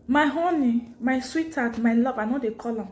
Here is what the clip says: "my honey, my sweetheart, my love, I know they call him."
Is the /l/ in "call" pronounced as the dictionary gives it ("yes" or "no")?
yes